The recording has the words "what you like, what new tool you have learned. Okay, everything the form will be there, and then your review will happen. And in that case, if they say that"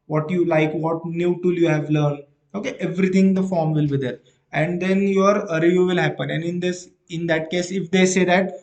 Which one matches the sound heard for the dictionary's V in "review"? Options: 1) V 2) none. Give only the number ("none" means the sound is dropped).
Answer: 2